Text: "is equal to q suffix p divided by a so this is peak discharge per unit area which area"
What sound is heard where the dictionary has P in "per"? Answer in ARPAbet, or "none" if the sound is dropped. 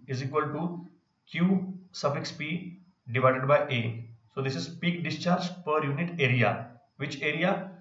P